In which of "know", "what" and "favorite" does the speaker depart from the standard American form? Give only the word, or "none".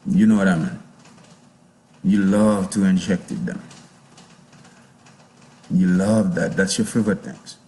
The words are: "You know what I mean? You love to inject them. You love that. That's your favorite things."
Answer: favorite